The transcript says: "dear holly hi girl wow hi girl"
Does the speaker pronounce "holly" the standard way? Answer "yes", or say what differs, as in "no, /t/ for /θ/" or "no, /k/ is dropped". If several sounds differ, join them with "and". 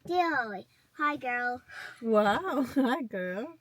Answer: no, /l/ is dropped